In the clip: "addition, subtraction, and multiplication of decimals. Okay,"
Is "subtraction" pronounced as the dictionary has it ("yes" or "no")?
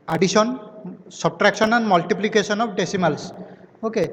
no